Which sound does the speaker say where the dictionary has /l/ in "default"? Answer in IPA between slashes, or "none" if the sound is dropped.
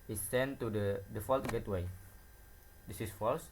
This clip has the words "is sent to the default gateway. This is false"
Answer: /l/